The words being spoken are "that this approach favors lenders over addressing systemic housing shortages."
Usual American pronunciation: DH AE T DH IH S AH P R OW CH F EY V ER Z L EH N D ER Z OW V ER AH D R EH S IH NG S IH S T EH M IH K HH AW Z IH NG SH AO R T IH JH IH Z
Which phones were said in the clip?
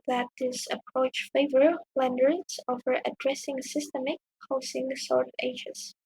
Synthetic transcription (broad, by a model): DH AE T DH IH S AH P R OW CH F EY V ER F L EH N D ER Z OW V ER AH D R EH S IH NG S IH S T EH M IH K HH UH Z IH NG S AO R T IH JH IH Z